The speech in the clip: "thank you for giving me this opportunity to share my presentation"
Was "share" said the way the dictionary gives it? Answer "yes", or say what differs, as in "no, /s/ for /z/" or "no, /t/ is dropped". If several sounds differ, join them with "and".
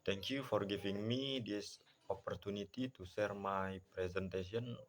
no, /s/ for /ʃ/